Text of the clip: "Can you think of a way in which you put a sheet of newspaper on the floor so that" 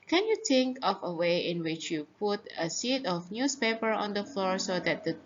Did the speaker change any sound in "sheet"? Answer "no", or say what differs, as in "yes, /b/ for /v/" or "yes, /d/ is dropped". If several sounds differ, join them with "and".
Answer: yes, /s/ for /ʃ/